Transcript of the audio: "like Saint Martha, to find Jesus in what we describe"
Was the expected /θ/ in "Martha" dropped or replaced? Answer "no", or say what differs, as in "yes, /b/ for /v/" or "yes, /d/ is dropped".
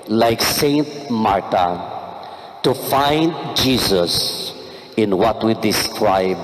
yes, /t/ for /θ/